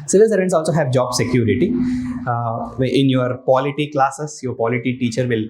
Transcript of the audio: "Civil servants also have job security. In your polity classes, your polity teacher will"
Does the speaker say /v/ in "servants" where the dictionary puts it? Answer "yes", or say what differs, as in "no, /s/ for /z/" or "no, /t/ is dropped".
no, /v/ is dropped